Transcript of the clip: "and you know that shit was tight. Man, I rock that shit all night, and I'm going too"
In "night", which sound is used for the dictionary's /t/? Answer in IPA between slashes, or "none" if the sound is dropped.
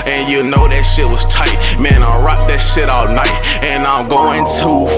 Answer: /t/